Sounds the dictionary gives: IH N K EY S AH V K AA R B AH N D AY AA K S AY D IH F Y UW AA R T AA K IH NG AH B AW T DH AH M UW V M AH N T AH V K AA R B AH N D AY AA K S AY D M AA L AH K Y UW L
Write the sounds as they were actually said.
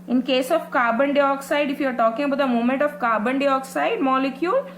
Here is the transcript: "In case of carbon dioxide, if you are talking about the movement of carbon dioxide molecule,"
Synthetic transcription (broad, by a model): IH N K EY S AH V K AA R B AH N D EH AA K S AY D IH F Y UW AA R T AA K IH NG AH B AW T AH M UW M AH N T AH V K AA R B AH N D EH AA K S AY D M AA L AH K Y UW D